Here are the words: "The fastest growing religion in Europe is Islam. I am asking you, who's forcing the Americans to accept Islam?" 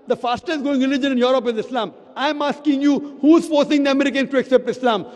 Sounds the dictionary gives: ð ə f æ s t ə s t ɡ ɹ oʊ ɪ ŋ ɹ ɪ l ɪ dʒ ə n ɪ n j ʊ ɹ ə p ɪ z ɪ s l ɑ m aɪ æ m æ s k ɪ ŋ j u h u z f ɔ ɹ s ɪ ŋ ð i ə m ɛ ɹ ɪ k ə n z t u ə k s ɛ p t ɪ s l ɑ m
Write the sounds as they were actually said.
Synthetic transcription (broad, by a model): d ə f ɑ s t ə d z ɡ oʊ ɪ ŋ ɹ ɪ l ɪ dʒ ə n ɪ n j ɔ ɹ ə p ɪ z ɪ s l ɑ m aɪ m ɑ s k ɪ ŋ j u h u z f ɔ ɹ s ɪ ŋ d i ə m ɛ ɹ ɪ k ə n s t u ə k s ɛ p t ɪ s l ɑ m